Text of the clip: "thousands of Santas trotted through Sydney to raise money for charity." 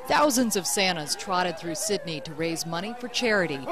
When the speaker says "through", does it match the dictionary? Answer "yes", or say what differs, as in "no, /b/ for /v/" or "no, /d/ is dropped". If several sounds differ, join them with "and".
yes